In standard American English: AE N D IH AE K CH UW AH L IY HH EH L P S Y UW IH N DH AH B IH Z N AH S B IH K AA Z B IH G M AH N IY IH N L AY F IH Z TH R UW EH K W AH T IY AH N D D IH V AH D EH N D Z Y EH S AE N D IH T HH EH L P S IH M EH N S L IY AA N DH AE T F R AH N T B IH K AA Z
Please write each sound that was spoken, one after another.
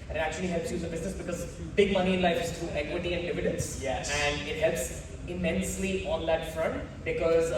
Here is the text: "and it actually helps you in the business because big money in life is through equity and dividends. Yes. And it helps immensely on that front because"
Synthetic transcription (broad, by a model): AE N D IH AE K CH UW AH L IY HH EH L P S Y UW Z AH B IH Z N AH S B IH K AA Z B IH G M AH N IY IH N L AY F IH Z T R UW EH K W AH T IY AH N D D IH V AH D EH N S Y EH AE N D IH T HH EH L P S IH M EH N S L IY AA N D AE T F R AH N T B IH K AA Z